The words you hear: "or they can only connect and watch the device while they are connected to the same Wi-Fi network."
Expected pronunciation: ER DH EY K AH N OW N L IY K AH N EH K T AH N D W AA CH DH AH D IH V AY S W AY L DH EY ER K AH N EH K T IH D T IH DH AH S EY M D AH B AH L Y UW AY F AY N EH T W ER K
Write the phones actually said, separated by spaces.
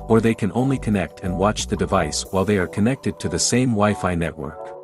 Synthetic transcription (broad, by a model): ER DH EY K AH N OW N L IY K AH N EH K T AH N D W AA CH DH AH D IH V AY S W AY L DH EY ER K AH N EH K T IH D T IH DH AH S EY M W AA AH F AY N EH T W ER K